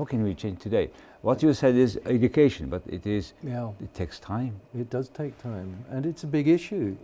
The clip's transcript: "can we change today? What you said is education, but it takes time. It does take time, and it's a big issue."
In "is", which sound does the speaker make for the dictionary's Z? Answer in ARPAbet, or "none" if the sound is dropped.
Z